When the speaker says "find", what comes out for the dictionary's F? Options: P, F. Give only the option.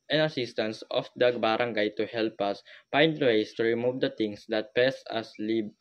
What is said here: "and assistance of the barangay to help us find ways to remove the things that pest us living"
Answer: P